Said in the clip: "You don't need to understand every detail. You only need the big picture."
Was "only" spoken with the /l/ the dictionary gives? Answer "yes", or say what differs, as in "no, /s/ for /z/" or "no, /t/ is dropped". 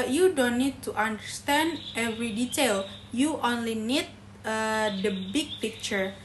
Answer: yes